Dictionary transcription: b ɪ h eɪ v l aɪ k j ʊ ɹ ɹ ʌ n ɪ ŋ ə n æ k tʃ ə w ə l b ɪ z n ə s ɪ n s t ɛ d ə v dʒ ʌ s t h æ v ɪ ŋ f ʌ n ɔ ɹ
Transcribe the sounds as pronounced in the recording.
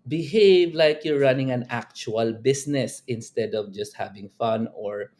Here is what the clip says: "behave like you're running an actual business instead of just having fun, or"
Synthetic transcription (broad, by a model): b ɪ h eɪ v l aɪ k j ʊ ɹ ɹ ʌ n ɪ ŋ ə n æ k tʃ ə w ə l b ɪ s n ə s ɪ n s t ɛ d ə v dʒ ʌ s t h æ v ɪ ŋ f ʌ n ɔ ɹ